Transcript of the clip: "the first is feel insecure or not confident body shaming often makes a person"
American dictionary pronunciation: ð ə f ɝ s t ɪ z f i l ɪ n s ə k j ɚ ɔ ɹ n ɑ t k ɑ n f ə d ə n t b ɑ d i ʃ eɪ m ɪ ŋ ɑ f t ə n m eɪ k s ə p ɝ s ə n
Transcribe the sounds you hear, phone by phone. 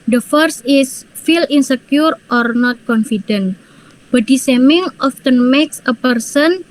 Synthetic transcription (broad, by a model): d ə f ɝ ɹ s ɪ s f i l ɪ n s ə k j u ɔ ɹ n ɑ t k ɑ n f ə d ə n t b ɑ d i s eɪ m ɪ ŋ ɑ f t ə n m eɪ k s ə p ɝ s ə n